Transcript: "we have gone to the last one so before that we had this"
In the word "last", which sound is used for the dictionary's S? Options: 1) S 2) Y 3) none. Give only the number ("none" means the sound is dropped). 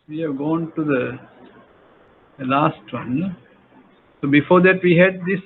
1